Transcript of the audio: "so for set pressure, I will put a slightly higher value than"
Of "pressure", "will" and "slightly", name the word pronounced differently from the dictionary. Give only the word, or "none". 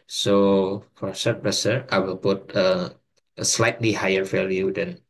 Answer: pressure